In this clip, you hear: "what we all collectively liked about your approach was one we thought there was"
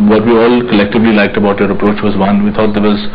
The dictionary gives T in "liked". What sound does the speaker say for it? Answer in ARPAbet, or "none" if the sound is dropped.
T